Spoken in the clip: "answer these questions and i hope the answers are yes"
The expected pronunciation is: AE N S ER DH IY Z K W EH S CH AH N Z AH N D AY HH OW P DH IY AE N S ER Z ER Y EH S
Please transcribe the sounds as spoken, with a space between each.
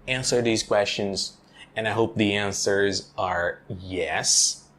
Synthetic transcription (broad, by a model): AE N S ER DH IY Z K W EH S CH AH N Z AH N AY HH OW P DH IY AE N S ER Z ER Y EH S